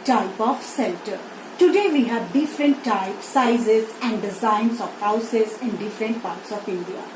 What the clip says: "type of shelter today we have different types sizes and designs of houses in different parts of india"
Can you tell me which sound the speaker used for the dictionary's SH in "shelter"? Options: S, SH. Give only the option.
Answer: S